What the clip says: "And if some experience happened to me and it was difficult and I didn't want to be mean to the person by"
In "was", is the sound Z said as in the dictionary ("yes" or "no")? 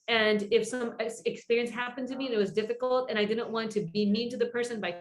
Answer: yes